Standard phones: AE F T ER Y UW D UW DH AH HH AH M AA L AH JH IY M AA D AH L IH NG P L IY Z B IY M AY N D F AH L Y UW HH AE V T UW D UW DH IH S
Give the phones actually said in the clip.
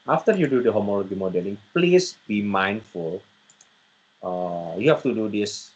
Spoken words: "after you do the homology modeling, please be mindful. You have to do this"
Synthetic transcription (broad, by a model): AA F T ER Y UW D UW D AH HH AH M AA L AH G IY M AA D AH L IH NG P L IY S B IY M AY N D F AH L Y UW HH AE F T UW D UW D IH S